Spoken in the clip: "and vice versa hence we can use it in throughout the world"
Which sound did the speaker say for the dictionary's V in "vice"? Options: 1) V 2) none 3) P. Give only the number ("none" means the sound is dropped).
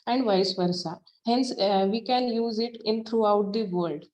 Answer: 1